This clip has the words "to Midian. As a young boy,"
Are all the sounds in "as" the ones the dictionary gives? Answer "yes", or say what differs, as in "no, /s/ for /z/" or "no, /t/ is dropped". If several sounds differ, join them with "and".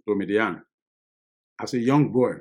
no, /s/ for /z/